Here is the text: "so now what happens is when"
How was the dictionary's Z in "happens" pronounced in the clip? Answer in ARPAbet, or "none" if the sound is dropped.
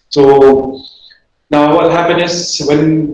none